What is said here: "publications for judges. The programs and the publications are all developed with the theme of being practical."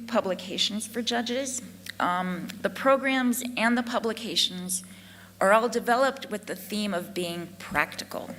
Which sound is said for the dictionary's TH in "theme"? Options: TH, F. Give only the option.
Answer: TH